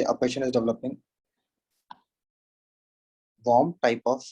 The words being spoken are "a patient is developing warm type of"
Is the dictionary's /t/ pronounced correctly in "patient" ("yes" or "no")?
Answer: no